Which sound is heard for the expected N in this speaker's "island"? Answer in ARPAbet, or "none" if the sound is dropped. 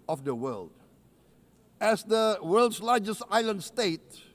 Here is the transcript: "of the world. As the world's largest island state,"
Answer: N